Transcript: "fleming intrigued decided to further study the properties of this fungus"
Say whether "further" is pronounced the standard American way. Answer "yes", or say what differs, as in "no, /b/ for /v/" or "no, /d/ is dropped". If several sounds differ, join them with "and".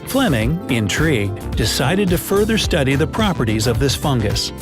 yes